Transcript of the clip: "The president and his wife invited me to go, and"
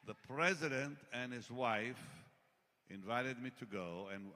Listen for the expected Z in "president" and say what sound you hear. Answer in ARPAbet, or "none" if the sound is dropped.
Z